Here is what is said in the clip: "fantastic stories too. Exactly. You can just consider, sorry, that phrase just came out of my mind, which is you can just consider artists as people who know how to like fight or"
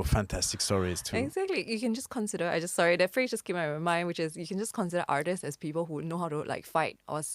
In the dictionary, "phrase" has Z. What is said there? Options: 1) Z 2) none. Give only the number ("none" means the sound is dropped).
2